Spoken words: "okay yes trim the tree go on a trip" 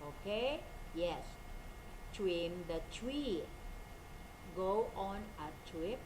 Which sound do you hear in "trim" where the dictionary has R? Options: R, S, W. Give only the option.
W